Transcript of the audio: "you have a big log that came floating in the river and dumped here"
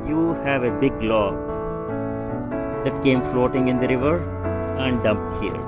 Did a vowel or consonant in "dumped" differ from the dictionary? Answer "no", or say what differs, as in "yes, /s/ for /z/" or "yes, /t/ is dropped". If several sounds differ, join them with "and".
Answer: no